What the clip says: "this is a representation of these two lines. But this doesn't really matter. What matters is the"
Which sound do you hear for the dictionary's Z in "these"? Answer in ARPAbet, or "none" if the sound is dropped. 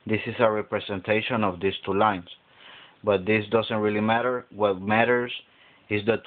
S